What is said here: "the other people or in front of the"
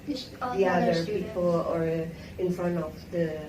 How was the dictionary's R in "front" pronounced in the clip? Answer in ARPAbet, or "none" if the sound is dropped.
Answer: R